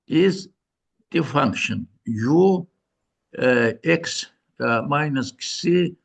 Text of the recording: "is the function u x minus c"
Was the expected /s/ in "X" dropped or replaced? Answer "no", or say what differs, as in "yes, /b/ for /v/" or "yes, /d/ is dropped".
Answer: no